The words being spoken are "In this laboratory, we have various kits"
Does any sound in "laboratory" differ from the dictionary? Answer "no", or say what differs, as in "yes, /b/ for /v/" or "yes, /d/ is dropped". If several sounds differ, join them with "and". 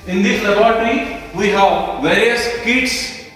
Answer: yes, /b/ is dropped